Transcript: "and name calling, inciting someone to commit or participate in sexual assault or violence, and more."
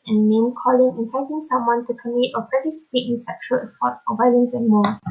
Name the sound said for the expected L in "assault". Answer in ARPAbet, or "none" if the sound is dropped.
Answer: none